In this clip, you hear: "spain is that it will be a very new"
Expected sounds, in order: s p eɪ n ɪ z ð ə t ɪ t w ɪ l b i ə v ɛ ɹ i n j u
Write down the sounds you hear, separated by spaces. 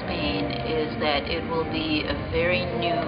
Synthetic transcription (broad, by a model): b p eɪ n ɪ z ð ə t ɪ t w ɪ l b i ə v ɛ ɹ i n j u